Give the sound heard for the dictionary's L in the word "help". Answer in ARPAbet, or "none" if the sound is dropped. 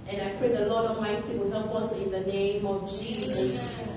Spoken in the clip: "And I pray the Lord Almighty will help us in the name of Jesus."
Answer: none